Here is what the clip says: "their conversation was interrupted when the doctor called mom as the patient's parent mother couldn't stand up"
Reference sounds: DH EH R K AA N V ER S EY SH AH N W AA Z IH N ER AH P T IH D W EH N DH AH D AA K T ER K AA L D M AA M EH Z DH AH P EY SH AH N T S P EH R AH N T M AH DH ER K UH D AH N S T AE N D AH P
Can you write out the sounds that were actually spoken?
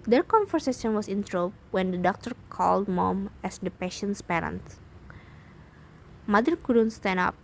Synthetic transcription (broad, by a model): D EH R K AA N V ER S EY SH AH N W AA S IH N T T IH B W EH N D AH D AA K T ER K AA L D M AA M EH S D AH P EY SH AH N S P EH R AH N T M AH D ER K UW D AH N S T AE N AH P